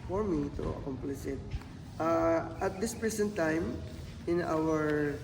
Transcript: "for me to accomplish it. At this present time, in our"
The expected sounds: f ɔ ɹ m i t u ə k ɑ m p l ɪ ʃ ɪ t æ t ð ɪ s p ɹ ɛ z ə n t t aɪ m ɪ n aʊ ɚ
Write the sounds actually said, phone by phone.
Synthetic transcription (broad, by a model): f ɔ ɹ m i t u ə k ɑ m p l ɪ s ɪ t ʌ t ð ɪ s p ɹ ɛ s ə n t t aɪ m ɪ n aʊ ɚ